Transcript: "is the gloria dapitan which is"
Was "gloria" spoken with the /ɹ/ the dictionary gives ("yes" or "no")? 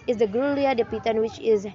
no